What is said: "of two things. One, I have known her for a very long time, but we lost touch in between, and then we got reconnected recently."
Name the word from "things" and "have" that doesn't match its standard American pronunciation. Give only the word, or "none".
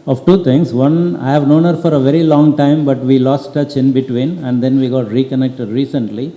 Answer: things